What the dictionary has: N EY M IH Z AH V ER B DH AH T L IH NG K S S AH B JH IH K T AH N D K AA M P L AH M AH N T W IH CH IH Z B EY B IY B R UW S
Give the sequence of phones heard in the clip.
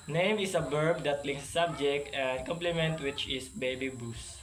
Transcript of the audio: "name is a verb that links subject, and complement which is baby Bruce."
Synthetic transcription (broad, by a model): N EY M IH S AH B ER B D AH T L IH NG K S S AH B JH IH K T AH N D K AA M P L AH M AH N T W IH CH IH S B EY B IY B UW S